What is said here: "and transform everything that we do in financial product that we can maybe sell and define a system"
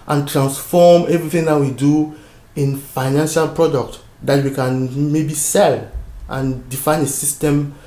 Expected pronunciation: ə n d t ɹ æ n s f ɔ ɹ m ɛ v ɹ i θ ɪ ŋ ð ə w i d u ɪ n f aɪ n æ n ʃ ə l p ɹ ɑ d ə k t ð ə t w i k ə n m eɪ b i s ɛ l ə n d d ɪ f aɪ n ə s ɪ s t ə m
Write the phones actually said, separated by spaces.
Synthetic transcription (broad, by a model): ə n t ɹ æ n s f ɔ m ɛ v ɹ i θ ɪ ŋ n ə w i d u ɪ n f aɪ n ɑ n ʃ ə l p ɹ ɑ d ə k t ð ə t w i k ə n m eɪ b i s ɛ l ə n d d ɪ f aɪ n ə s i s t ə m